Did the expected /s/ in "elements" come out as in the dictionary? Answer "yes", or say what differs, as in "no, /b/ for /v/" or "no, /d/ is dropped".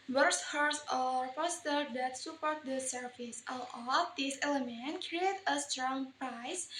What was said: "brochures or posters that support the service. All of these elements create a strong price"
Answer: no, /s/ is dropped